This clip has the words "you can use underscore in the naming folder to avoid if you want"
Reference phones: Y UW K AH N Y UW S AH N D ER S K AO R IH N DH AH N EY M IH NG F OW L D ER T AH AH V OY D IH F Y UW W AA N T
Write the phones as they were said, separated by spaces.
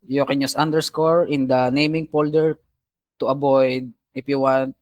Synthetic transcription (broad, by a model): Y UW K AH N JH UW S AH N D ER S K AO R IH N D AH N EY M IH NG P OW L D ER T AH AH B OY D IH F Y UW W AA N T